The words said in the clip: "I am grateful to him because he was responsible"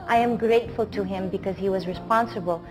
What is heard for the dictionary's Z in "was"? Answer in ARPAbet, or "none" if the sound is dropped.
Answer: Z